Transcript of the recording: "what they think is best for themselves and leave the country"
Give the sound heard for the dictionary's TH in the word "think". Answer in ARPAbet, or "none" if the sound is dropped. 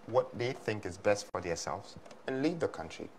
TH